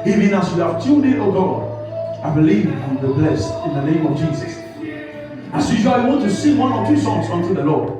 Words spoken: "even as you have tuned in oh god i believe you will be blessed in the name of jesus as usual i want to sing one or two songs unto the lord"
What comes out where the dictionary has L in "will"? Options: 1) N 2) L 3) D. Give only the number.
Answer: 1